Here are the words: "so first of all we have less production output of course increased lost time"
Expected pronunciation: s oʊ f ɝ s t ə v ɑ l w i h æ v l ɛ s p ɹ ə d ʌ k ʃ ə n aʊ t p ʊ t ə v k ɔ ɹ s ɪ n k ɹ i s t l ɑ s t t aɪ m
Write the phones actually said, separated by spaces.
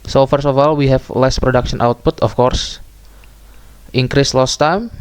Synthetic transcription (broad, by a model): s oʊ f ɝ s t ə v ɑ l w i h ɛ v l ɛ s p ɹ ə d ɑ k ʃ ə n aʊ t p ʊ t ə f k ɔ ɹ s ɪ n k ɹ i s l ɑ s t t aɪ m